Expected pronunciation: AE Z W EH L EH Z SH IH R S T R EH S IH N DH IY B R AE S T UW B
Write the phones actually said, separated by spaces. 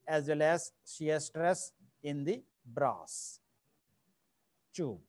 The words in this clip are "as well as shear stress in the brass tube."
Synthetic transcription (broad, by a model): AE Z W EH L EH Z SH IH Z S T R EH S IH N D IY B R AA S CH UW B